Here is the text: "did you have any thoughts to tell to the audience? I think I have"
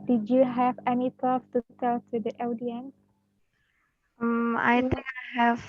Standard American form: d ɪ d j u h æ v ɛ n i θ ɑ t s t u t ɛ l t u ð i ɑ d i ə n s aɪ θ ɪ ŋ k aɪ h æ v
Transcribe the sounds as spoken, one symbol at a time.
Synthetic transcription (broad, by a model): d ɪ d j u h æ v ɛ n i t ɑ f t u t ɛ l t u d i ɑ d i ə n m aɪ t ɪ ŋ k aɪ h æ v